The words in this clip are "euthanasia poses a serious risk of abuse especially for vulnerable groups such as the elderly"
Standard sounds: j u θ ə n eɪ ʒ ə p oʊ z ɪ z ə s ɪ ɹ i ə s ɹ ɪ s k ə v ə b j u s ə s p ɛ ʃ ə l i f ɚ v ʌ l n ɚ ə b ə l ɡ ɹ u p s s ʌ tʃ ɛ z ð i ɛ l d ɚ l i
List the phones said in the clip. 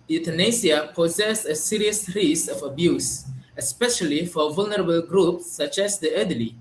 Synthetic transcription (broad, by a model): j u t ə n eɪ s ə p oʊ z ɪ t ə s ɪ ɹ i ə s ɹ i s ə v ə b j u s ə s p ɛ ʃ ə l i f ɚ v ʌ l n ɚ ə b ə l ɡ ɹ u p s s ʌ tʃ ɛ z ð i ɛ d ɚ l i